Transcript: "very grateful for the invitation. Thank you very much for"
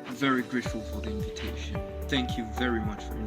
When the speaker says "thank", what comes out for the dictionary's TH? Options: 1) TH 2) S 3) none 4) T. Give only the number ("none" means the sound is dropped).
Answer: 1